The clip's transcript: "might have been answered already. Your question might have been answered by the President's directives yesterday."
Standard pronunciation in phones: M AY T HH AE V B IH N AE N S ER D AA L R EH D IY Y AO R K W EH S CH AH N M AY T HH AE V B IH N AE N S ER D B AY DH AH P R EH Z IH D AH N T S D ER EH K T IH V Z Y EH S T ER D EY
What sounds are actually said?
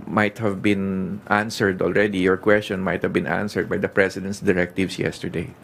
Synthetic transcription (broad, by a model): M AY T HH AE V B IH N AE N S ER D AA L R EH D IY Y AO R K W EH S CH AH N M AY T HH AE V B IH N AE N S ER D B AY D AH P R EH S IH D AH N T S D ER EH K T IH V S Y EH S T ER D EY